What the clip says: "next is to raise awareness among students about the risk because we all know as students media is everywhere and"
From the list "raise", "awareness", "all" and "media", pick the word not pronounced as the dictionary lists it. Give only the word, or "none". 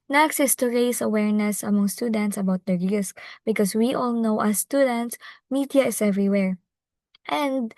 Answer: raise